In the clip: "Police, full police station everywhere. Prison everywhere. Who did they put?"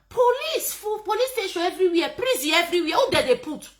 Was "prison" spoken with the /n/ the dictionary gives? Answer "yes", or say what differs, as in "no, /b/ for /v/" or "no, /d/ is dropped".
no, /n/ is dropped